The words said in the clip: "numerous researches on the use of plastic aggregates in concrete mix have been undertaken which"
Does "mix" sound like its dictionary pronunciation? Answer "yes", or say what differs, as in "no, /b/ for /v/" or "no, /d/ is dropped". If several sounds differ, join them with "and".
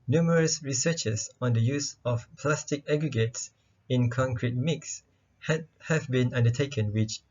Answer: yes